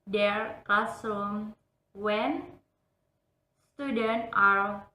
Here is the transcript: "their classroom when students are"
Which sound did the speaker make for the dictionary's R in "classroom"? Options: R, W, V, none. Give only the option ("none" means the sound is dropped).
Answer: none